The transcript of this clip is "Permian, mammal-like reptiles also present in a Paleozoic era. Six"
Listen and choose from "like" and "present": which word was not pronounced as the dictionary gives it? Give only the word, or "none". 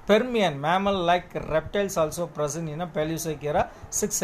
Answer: present